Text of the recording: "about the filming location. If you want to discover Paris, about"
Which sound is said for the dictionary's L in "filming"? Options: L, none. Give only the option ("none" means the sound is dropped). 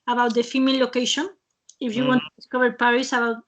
none